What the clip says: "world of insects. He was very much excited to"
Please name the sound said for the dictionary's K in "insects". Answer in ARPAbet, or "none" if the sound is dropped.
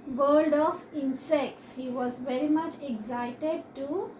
K